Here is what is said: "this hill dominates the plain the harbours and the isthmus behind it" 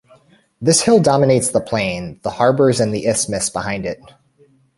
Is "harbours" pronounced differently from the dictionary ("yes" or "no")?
no